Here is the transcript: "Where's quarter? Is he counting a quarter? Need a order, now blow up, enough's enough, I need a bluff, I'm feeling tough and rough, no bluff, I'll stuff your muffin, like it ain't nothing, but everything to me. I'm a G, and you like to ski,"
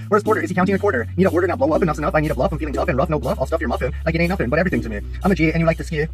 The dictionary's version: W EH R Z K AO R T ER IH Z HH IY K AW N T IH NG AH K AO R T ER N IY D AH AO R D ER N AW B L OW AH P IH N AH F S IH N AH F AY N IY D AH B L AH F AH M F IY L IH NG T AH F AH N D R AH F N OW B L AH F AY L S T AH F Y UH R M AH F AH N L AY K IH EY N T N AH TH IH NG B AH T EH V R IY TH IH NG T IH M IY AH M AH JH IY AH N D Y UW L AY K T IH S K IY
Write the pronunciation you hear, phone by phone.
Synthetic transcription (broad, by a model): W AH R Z K AO R T ER IH Z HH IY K AW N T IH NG AH K AO R T ER N IY D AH AO R D ER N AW B L OW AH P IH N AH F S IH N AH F AY N IY D AH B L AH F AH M F IY L IH NG T AH F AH N R AH F N OW B L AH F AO L S T AH F Y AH R M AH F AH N L AY K IH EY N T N AH F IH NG B AH T EH V R IY TH IH NG T IH M IY AH M AH JH IY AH N Y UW L AY K T IH S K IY